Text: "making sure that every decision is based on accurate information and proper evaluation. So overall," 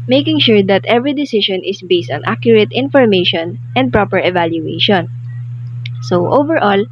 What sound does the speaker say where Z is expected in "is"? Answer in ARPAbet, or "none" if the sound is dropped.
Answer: S